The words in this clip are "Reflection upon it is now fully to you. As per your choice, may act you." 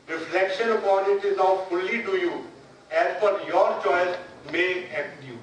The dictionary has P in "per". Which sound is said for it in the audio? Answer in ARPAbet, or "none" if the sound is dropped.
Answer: F